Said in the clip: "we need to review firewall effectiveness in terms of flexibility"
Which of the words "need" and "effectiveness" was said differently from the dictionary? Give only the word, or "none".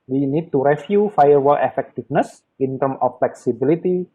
effectiveness